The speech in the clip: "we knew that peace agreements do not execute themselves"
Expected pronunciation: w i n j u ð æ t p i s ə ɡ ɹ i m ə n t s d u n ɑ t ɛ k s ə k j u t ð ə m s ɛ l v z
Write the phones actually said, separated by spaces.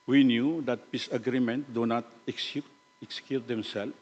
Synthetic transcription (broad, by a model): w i n j u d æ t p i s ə ɡ ɹ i m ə n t d u n ɑ t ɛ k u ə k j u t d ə m s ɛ l